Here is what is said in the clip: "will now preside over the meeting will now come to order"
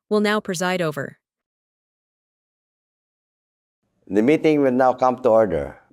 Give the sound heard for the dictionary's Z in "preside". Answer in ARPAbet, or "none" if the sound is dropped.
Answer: Z